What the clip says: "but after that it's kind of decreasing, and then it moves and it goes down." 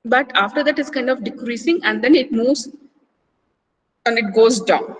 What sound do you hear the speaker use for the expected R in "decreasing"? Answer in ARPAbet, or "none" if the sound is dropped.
R